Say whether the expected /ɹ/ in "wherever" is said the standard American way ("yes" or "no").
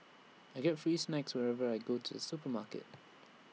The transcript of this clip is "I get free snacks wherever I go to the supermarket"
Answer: yes